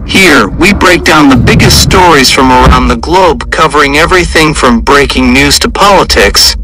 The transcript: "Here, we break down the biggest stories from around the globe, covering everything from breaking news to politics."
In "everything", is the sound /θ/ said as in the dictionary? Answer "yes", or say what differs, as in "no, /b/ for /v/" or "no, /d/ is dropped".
yes